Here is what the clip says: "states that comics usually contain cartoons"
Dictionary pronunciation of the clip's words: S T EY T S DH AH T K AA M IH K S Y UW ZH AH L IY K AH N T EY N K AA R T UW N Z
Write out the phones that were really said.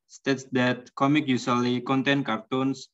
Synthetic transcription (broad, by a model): S T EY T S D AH T K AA M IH K Y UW S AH L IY K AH N T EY N K AA R T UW N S